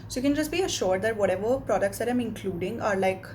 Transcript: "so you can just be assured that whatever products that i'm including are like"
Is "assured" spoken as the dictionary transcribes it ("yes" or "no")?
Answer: yes